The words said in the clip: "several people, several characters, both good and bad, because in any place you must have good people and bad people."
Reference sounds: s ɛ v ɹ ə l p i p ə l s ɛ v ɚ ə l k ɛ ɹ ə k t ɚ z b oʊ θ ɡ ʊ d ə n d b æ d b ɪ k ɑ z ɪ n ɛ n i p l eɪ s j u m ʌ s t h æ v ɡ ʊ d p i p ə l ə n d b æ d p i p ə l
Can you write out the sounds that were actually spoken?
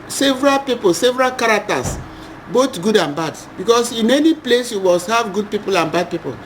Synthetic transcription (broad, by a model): s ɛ v ɹ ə l p i p ə l s ɛ v ɚ ə l k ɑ ɹ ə k t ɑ s b oʊ t ɡ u d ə n b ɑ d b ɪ k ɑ s ɪ n ɛ n i p l eɪ s j u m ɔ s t h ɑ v ɡ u d p i p ə l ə n b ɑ d p i p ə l